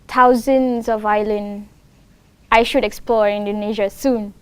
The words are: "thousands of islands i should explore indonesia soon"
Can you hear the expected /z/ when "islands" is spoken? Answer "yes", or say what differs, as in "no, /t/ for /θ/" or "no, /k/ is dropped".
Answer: no, /z/ is dropped